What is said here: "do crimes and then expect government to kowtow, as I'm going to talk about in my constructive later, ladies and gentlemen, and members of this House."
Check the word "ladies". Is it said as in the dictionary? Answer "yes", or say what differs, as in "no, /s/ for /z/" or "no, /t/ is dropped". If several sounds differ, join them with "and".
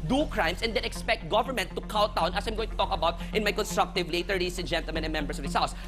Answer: no, /s/ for /z/